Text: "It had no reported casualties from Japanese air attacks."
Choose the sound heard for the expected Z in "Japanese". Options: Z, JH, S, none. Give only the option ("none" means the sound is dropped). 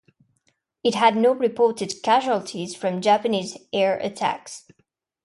Z